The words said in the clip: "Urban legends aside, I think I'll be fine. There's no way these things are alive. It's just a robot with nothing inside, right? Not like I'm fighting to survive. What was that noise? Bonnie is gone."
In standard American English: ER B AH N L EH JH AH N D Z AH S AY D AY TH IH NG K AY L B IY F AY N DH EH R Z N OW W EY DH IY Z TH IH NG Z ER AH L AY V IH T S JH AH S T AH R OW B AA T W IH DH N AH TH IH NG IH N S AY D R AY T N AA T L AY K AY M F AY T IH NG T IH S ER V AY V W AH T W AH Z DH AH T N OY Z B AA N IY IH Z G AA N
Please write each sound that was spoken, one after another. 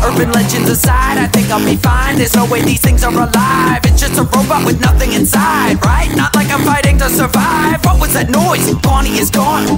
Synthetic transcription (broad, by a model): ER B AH N L EH JH AH N D Z AH S AY D AY TH IH NG K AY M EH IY F AY N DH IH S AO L W EY DH IY Z TH IH NG Z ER AH L AY V IH T S JH AH S T AH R OW B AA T W IH DH N AH TH IH NG IH N S AY D R AY T N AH T L AY K AY M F AY T IH NG T IH S ER V AY V W AH T W AH Z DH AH T N OY Z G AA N IY IH Z G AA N